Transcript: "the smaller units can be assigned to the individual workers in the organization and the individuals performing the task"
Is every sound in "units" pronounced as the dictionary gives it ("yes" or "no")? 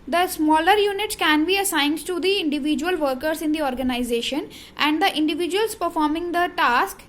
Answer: yes